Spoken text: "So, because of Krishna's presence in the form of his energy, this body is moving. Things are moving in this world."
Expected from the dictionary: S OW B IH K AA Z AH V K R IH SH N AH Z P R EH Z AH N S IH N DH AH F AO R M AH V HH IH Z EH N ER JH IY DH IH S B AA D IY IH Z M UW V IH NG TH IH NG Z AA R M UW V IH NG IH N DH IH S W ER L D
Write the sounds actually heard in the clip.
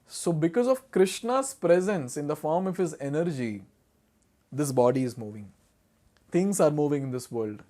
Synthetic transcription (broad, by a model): S OW B IH K AA Z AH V K R IH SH N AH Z P R EH Z AH N S IH N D AH F AO R M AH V HH IH Z EH N ER JH IY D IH S B AA D IY IH Z M UW V IH NG T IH NG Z AA R M UW V IH NG IH N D IH S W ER L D